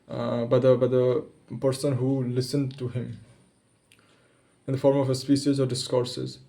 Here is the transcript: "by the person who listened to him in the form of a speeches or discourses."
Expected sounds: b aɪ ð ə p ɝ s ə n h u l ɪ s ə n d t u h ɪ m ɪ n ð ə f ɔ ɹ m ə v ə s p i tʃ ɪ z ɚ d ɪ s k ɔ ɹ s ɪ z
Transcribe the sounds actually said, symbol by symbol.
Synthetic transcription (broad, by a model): b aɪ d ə p ɝ s ə n h u l ɪ s ə n d t u h ɪ m ɪ n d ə f ɔ ɹ m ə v ə s p i ʃ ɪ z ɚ d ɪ s k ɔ ɹ s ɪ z